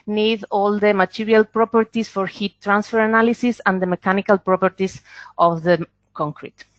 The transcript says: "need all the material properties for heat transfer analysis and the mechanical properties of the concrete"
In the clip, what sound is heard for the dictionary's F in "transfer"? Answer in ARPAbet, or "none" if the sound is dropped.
F